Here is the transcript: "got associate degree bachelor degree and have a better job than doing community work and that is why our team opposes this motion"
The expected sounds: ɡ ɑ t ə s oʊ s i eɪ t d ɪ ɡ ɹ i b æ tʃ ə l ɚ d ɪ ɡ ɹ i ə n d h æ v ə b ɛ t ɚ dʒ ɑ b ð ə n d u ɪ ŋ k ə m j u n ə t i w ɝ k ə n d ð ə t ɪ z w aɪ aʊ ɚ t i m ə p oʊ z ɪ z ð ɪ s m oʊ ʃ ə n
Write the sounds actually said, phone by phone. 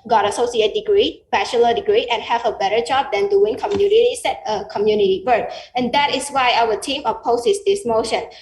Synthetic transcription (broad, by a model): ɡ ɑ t ə s oʊ s i eɪ t d ɪ ɡ ɹ i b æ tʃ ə l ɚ d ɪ ɡ ɹ i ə n h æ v ə b ɛ t ɚ dʒ ɑ b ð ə n d u ɪ ŋ k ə m j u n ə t i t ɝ k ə n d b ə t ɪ s w aɪ aʊ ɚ t i m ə p oʊ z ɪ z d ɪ s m oʊ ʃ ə n